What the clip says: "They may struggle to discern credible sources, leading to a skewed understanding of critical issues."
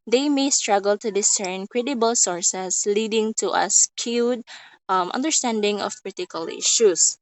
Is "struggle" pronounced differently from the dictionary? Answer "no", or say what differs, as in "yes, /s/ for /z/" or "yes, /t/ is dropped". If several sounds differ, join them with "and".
no